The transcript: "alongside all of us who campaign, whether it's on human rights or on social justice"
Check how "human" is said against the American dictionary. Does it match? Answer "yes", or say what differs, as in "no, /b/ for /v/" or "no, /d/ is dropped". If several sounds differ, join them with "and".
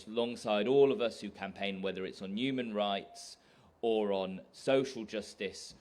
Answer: yes